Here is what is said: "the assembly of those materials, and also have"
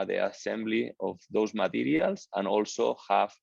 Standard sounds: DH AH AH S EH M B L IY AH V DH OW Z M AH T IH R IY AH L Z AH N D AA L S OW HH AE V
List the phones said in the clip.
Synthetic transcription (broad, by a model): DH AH AH S EH M B L IY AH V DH OW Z M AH T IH R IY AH L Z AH N AA L S OW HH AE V